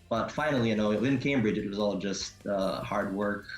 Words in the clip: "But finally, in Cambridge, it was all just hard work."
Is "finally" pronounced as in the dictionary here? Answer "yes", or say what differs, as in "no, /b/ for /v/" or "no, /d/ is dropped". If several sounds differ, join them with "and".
no, /w/ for /l/